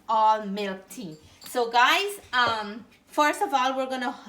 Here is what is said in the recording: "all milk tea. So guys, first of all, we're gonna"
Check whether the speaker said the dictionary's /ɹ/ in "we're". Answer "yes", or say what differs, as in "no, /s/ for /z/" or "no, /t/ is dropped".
yes